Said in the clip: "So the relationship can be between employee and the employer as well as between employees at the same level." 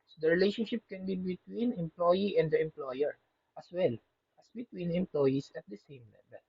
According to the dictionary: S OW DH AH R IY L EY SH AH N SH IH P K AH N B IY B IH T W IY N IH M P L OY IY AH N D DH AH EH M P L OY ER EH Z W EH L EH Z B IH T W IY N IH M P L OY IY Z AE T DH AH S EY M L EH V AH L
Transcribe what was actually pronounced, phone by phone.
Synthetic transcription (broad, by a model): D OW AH R IY L EY SH AH N SH IH P K AH N B IY B IH T W IY N IH M P L OY IY AH N D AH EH M P L OY ER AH S W EH L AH S B IH T W IY N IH M P L OY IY S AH T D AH S EY M L EH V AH L